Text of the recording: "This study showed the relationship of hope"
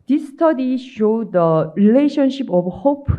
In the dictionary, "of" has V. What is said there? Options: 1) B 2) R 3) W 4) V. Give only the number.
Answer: 1